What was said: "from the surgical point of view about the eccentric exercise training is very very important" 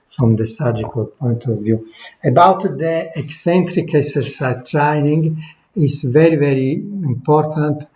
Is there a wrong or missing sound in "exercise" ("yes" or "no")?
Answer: yes